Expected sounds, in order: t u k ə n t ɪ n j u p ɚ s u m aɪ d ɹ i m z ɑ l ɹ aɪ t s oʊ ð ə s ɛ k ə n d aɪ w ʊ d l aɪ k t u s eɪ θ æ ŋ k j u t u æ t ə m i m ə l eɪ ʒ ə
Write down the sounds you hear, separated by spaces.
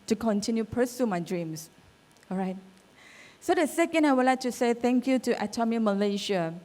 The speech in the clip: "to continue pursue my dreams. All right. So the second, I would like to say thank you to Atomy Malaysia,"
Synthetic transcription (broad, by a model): t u k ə n t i n j u p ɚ s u m aɪ d ɹ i m s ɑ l ɹ aɪ t s oʊ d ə s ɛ k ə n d aɪ w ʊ d l aɪ k t u s eɪ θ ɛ ŋ k j u t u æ t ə m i m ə l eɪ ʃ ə